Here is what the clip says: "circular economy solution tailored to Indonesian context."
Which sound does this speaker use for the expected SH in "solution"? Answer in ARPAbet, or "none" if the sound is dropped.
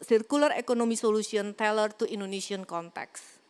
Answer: S